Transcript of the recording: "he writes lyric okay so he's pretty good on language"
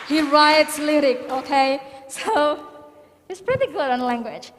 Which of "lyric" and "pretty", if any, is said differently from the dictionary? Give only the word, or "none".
none